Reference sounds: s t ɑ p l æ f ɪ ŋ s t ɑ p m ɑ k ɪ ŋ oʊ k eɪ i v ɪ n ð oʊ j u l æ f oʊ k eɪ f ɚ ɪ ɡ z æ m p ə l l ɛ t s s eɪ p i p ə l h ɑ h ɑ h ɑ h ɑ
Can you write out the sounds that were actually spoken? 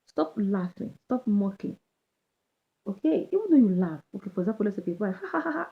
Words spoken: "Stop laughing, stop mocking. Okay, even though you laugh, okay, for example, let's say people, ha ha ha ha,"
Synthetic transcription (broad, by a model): s t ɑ p l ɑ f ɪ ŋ s t ɑ p m ɑ k ɪ ŋ oʊ k eɪ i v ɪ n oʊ j u l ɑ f oʊ k eɪ f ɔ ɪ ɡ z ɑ p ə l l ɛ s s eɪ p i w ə h ɑ h ɑ h ɑ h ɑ